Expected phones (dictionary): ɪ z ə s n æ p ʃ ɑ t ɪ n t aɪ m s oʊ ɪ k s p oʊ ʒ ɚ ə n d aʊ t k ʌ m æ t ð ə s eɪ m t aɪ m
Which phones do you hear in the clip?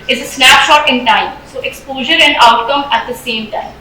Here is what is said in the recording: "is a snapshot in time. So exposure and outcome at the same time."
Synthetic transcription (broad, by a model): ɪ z ə s n æ p ʃ ɑ t ɪ n t aɪ m s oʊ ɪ k s p oʊ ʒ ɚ ə n d aʊ t k ʌ m æ t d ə s eɪ m t aɪ m